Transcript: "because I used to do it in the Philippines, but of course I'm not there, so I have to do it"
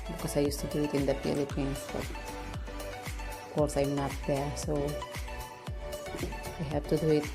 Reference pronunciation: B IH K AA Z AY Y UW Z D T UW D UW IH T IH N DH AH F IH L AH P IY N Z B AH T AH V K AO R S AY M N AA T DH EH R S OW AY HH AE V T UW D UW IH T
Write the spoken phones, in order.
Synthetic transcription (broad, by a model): B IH K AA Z AY Y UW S T UW D UW IH T IH N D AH P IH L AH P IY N B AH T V K AO R S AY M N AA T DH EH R S OW AY HH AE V T UW D UW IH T